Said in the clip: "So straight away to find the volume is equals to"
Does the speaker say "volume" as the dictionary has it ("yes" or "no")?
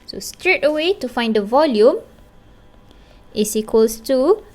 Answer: yes